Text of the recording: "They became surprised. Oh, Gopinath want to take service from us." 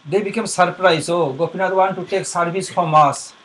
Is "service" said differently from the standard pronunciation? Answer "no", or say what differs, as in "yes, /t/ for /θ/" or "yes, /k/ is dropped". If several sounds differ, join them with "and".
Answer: yes, /b/ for /v/